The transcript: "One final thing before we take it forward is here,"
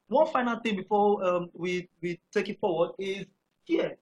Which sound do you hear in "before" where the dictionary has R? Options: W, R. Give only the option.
W